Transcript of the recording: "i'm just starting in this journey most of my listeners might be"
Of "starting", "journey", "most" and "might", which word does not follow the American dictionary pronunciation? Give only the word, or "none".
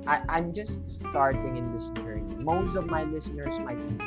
journey